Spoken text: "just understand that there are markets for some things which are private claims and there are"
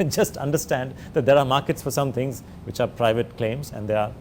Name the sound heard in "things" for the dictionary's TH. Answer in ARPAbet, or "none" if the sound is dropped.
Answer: T